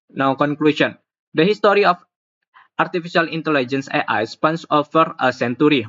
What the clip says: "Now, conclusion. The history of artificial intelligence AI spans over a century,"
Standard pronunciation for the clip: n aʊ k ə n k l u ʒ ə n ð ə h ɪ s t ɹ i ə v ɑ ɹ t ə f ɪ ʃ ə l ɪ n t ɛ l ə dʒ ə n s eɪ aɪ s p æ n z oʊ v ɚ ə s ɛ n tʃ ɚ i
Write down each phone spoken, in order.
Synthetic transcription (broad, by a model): n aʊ k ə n k l u s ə n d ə h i s t ɹ i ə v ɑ ɹ t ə f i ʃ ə l ɪ n t ɛ l ə dʒ ə n s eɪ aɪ s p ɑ n s oʊ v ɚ ə s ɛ n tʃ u i